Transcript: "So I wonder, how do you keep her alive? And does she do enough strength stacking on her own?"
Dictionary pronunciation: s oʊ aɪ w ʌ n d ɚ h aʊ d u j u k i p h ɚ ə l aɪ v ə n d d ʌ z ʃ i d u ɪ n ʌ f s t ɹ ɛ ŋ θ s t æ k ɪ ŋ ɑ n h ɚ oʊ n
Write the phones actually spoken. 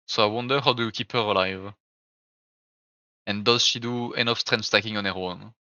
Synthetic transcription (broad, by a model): s oʊ aɪ w ʌ n d ɚ h aʊ d u j u k i p h ɚ ə l aɪ v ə n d d ʌ z ʃ i d u ɪ n ʌ f s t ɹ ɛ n s t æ k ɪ ŋ ɑ n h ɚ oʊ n